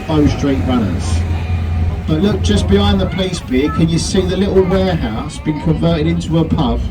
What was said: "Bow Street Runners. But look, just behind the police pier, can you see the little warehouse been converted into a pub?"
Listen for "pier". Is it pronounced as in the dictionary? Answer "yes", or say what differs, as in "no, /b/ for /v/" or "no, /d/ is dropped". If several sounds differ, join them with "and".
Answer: no, /b/ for /p/